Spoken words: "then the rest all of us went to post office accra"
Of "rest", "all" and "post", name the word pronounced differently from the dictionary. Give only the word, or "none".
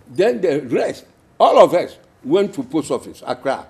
post